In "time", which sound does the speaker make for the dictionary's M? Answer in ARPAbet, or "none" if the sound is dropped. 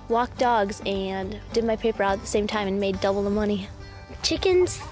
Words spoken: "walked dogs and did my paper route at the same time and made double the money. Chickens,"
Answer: M